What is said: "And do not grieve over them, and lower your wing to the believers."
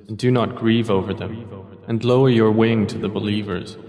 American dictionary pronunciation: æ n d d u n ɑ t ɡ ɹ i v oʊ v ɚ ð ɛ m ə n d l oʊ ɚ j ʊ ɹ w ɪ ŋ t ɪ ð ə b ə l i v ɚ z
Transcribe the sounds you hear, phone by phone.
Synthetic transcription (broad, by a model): n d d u n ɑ t ɡ ɹ i v oʊ v ɚ ð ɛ m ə n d l oʊ ɚ j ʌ ɹ w ɪ ŋ t ɪ ð ə b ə l i v ɚ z